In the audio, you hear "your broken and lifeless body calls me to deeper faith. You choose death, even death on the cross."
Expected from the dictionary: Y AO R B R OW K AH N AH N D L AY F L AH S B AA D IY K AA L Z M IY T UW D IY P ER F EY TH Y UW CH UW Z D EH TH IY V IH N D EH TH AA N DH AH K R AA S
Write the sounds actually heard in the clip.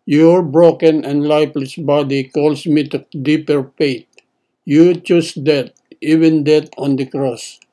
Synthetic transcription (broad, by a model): Y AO R B R OW K AH N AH N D L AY P L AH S B AA D IY K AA L S M IY T UW D IY P ER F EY T Y UW CH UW S D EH T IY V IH N D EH T AA N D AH K R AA S